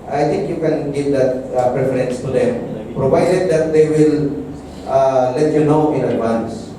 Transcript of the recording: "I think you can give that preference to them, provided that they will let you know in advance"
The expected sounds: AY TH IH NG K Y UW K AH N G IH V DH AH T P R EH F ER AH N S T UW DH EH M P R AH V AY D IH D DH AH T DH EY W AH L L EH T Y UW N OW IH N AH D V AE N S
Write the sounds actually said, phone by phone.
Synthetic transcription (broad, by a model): AY T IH NG K Y UW K AH N G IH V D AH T P R EH F ER AH N S T UW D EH M P R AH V AY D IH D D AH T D EY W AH L L EH T Y UW N OW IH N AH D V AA N S